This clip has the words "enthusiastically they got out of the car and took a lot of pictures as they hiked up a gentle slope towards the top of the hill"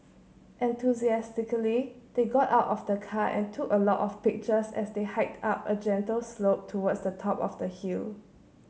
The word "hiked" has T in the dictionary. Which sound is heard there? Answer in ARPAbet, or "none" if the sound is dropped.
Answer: T